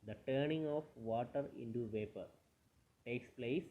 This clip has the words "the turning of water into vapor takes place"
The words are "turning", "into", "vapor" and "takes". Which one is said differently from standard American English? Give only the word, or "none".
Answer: none